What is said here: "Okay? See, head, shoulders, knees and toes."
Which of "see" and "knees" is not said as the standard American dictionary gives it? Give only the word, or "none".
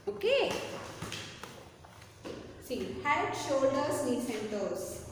knees